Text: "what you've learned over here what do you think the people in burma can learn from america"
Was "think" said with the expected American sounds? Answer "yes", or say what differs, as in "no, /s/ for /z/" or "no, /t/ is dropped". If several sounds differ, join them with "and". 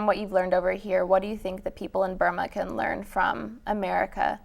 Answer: yes